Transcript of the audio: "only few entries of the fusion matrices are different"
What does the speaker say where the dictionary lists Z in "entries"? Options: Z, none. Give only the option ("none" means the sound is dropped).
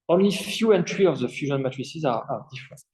none